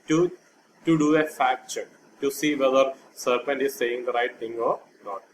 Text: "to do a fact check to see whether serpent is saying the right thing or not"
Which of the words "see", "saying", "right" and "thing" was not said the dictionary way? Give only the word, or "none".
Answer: thing